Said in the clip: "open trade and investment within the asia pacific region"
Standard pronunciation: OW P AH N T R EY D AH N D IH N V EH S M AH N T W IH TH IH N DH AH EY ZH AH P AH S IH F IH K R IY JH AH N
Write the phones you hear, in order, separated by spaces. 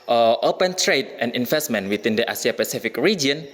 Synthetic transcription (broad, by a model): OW P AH N T R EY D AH N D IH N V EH S M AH N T W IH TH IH N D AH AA S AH P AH S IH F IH K R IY JH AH N